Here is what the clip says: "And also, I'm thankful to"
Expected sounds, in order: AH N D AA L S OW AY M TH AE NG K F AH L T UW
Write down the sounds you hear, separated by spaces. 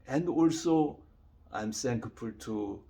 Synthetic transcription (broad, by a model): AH N D AA L S OW AY M S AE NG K P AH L T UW